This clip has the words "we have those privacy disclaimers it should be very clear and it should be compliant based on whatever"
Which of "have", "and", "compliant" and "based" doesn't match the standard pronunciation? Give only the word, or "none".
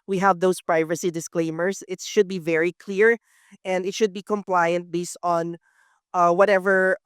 none